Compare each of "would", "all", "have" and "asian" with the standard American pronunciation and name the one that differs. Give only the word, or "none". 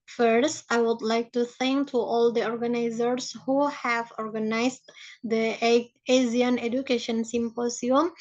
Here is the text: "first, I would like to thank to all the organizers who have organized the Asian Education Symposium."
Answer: asian